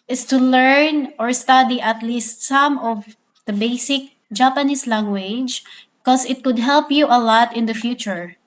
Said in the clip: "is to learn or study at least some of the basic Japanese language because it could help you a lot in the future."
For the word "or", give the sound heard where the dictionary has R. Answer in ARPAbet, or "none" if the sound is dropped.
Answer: R